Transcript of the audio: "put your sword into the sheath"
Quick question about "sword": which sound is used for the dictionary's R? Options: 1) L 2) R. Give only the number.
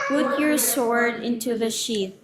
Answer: 2